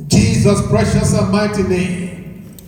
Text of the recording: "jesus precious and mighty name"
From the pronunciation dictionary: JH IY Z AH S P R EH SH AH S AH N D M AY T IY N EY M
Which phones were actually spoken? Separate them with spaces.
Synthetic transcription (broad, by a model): JH IY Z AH S B R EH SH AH S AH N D M AY T IY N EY M